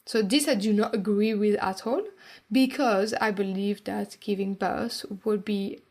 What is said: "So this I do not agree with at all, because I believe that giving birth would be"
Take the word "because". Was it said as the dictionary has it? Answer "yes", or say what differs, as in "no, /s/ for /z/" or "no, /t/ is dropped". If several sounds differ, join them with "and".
yes